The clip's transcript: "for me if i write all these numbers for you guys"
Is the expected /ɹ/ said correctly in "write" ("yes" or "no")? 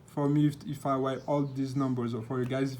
no